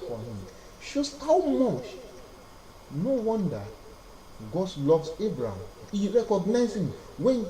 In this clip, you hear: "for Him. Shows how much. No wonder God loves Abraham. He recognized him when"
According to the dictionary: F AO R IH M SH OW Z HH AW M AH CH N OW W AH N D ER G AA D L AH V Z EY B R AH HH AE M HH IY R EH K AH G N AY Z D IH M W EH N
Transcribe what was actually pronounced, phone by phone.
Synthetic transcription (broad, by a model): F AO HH IH M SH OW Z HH AW M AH CH N OW W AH N D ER G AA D L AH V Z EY B R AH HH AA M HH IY R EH K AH G N AY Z IH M W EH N